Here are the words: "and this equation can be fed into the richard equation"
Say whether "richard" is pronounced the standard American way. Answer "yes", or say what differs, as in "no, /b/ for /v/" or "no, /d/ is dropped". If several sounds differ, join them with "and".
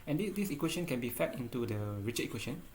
no, /d/ is dropped